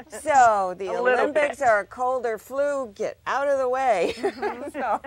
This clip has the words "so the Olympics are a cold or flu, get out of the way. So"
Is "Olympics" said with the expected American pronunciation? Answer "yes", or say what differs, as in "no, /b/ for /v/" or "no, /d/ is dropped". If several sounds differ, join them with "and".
yes